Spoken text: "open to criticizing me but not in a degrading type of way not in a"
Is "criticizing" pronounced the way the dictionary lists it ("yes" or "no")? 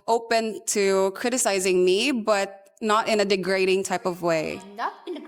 yes